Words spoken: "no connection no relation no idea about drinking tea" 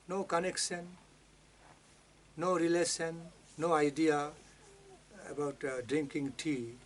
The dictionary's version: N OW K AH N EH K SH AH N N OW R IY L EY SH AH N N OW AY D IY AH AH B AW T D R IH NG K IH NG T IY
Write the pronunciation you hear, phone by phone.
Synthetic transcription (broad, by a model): N OW K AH N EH K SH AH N N OW R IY L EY S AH N N OW AY D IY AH AH B AW T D R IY NG K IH NG T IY